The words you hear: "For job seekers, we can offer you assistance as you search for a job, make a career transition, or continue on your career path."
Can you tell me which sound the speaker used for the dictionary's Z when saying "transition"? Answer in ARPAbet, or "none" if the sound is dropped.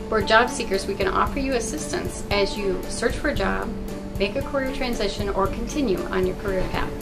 Z